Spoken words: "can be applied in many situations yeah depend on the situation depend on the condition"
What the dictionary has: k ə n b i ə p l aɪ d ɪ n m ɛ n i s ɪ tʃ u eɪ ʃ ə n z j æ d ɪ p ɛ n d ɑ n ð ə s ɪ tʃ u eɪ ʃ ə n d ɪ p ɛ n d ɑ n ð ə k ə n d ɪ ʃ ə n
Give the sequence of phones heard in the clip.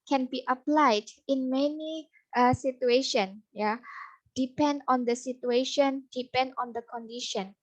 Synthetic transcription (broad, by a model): k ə n b i ə p l aɪ d ɪ n m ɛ n i s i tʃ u eɪ ʃ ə n j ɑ d ɪ p ɛ n d ɑ n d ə s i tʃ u eɪ ʃ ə n d ɪ p ɛ n d ɑ n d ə k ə n d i ʃ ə n